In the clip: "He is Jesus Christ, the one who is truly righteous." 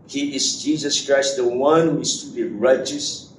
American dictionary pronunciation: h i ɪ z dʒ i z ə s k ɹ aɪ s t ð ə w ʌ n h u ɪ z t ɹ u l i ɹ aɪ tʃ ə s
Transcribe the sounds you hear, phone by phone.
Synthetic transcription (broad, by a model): h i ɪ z dʒ i z ə s k ɹ aɪ s t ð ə w ʌ n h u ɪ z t u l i ɹ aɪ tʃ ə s